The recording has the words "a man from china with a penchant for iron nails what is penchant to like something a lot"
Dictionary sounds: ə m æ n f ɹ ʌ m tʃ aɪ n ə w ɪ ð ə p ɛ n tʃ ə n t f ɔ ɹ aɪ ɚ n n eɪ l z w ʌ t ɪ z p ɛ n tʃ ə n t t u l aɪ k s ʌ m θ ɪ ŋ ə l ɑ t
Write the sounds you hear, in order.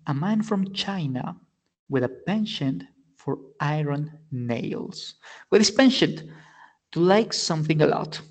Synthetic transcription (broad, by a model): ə m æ n f ɹ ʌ m tʃ aɪ n ə w ɪ ð ə p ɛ n ʃ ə n f ɔ ɹ aɪ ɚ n n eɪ l s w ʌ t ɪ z p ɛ n ʃ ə n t t u l aɪ k s ʌ m θ ɪ ŋ ə l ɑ t